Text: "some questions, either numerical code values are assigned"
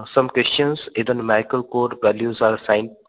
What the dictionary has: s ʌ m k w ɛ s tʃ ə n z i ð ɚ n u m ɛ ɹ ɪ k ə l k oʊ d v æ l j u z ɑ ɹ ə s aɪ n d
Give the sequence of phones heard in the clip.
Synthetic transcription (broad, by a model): s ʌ m k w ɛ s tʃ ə n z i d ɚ n m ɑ ɪ k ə l k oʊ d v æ l j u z ɑ ɹ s aɪ n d